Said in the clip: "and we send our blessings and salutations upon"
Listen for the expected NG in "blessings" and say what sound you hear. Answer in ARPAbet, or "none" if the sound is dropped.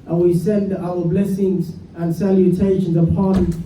NG